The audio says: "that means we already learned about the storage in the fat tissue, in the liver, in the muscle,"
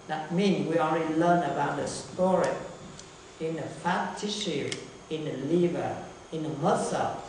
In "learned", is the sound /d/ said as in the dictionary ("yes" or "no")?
no